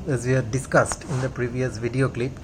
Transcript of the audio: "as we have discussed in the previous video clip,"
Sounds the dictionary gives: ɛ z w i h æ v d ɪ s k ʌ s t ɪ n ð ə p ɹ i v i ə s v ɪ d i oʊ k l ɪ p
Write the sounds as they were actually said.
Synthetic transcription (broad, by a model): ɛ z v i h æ d ɪ s k ʌ s t ɪ n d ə p ɹ i v i ə s v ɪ d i oʊ k l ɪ p